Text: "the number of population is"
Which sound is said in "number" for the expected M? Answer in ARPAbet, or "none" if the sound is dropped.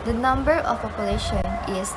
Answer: M